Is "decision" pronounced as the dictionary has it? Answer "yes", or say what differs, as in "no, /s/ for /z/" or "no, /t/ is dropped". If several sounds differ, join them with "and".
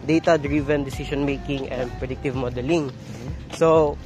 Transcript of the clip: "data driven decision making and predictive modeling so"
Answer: no, /s/ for /ʒ/